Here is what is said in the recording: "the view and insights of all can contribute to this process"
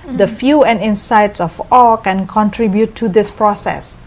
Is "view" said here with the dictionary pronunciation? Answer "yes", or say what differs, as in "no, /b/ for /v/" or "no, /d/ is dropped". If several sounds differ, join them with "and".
no, /f/ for /v/